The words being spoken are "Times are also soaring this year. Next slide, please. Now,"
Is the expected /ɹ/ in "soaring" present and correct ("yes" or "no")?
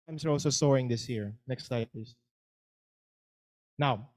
yes